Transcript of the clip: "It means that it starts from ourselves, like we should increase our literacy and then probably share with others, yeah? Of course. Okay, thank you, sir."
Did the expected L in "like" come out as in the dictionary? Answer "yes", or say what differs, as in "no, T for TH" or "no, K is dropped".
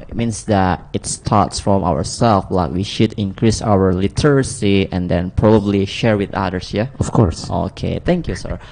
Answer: yes